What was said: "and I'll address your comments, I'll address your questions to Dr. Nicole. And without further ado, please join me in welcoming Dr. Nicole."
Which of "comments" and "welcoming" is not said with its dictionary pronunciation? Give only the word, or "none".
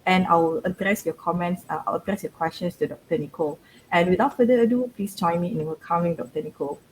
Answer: welcoming